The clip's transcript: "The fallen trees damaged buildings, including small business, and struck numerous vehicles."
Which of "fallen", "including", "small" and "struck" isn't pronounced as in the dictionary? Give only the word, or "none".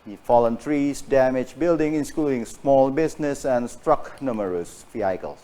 none